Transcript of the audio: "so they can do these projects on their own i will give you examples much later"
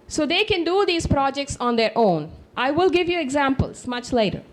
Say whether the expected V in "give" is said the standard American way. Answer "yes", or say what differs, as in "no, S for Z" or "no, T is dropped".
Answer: yes